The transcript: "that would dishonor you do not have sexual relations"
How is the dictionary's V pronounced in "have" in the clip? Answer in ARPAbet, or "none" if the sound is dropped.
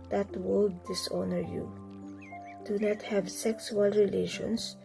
V